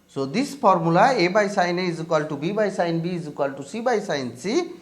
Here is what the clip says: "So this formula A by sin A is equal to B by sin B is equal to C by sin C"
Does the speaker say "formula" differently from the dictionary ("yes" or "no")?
yes